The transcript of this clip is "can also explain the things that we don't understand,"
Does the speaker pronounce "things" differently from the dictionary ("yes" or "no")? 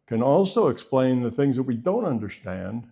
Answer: no